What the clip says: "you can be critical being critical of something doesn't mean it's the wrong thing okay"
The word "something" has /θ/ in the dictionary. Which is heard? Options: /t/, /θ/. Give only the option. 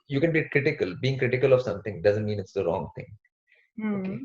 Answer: /t/